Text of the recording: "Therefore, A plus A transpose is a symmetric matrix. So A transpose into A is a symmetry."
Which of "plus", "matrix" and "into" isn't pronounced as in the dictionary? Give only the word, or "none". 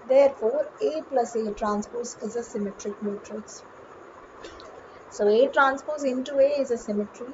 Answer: matrix